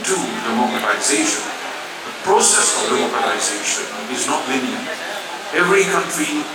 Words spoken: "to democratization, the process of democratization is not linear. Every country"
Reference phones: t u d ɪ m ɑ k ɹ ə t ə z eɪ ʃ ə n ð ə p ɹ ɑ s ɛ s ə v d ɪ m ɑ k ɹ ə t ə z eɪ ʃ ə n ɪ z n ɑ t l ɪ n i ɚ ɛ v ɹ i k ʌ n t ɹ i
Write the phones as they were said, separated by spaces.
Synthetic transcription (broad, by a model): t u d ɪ m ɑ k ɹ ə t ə z eɪ ʃ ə n ð ə p ɹ ɑ s ɛ s ə v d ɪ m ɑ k ə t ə z eɪ ʃ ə n ɪ z n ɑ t l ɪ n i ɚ ɛ v ɹ i k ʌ n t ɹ i